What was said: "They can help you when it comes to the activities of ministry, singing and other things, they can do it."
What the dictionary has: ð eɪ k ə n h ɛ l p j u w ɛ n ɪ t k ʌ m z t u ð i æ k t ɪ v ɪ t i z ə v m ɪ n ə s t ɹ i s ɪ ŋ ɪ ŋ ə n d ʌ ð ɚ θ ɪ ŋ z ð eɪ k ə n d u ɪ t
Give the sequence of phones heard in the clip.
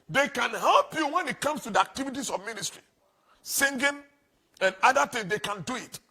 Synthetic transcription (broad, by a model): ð eɪ k ə n h ɛ l p j u w ɛ n ɪ t k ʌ m s t u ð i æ k t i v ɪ t i s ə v m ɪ n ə s t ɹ i s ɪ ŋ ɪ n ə n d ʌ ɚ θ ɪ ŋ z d eɪ k ə n d u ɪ t